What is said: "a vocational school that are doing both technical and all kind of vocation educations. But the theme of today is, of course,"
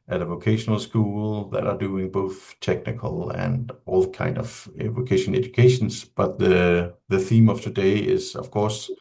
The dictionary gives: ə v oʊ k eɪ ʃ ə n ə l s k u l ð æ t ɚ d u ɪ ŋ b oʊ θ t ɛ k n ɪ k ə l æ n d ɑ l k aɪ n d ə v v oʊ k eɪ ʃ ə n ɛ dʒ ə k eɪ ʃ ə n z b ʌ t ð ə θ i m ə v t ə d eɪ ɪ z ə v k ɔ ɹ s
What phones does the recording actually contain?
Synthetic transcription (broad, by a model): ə v oʊ k eɪ ʃ ə n ə l s k u l ð æ t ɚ d u ɪ ŋ b oʊ θ t ɛ k n ɪ k ə l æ n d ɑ l k aɪ n d ə v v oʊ k eɪ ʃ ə n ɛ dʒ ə k eɪ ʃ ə n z b ʌ t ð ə θ i m ə v t ə d eɪ ɪ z ə v k ɔ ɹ s